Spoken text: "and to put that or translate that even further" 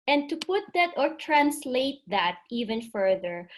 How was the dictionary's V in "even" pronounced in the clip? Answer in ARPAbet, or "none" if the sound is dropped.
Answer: V